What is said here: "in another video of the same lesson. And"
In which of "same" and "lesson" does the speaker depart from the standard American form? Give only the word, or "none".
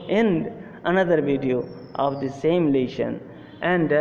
lesson